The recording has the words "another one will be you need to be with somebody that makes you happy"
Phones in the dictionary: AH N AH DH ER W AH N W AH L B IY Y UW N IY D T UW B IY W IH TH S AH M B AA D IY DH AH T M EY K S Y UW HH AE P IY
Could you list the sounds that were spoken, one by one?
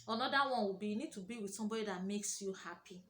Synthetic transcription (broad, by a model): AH N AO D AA W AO N W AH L B IY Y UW N IY D T UW B IY W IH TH S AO M B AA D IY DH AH T M EY K S Y UW HH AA P IY